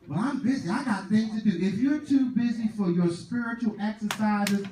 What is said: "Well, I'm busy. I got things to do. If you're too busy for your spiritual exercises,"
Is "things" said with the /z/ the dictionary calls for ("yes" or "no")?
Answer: no